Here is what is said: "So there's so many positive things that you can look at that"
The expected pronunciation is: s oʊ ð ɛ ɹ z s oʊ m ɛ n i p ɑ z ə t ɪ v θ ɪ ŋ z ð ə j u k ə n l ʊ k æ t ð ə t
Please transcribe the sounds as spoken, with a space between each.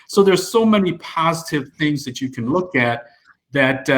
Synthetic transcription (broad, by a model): s oʊ ð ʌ ɹ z s oʊ m ɛ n i p ɑ z ə t ɪ v θ ɪ ŋ z ð ə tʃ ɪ k ə n l ʊ k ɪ t ð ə t